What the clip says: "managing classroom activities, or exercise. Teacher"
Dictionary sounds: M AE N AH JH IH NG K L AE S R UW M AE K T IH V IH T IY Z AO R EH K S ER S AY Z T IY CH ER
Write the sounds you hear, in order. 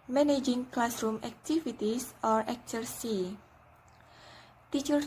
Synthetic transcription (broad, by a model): M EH N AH JH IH NG K L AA S R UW M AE K T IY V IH T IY S AO R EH K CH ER S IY T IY CH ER